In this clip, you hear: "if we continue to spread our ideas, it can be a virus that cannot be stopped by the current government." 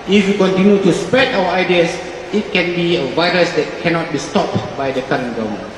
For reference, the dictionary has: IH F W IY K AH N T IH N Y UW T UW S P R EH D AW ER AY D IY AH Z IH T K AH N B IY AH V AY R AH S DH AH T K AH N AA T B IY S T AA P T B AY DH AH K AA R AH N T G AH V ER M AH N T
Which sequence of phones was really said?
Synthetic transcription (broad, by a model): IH F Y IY K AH N T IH N Y UW T UW S P R EH D AW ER AY D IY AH S IH T K AH N B IY AH V AY R AH S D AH T K AH N AA T B IY S T AA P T B AY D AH K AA R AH N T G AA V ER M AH N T